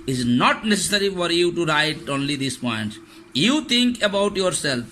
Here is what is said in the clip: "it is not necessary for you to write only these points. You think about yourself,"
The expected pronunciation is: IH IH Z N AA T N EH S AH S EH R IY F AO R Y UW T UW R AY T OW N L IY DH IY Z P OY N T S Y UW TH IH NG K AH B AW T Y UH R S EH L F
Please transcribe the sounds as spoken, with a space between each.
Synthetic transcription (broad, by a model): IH IH Z N AA T N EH S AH S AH R IY F AO R Y UW T UW R AY T OW N L IY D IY S P OY N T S Y UW T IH NG K AH B AW T Y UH R S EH L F